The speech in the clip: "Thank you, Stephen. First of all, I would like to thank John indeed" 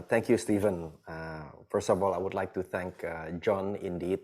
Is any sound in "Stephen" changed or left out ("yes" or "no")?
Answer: no